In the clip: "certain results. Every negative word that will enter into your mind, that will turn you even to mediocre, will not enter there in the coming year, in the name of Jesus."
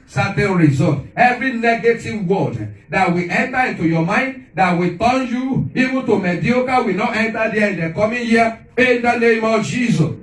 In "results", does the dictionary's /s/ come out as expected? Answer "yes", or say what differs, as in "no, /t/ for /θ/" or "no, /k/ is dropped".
no, /s/ is dropped